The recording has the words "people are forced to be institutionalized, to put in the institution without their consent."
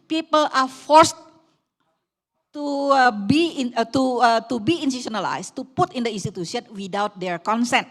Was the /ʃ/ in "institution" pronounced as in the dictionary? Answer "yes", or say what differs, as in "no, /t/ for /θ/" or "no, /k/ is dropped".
no, /s/ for /ʃ/